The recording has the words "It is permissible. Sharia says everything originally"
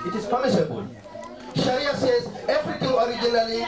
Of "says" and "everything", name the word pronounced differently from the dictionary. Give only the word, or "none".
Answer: everything